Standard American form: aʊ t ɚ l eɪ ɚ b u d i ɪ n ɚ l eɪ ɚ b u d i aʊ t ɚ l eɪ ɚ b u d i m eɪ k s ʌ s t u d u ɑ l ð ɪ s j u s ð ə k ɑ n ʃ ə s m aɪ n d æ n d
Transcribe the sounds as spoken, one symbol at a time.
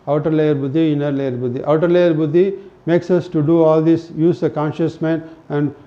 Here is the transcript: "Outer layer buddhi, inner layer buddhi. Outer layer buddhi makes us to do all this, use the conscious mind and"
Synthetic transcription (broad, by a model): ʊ t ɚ l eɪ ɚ b u d i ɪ n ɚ l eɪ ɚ b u d i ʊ t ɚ l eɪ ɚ b u d i m eɪ k s ʌ s t u d u ɑ l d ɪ s j u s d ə k ɑ n ʃ ə s m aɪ n æ n d